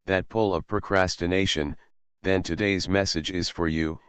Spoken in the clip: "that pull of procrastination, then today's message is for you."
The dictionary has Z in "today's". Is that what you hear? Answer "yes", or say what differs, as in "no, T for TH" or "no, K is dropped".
yes